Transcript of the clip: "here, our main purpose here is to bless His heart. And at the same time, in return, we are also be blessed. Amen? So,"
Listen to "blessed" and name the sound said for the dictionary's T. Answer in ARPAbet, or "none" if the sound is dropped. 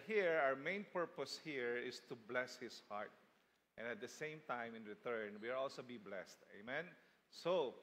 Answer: T